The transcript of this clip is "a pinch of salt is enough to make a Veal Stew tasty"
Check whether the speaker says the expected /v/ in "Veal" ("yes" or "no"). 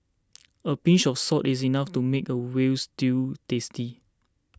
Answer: no